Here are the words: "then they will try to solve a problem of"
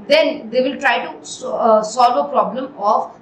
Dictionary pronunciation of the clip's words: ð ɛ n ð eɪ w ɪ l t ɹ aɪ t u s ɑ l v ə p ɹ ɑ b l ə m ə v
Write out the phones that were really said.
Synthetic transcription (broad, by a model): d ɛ n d eɪ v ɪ l t ɹ aɪ t u s ɑ l v ə p ɹ ɑ b l ə m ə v